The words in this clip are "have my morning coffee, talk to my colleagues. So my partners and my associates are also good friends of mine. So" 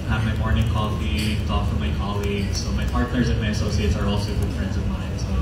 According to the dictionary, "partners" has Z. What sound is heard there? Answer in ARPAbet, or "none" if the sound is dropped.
Z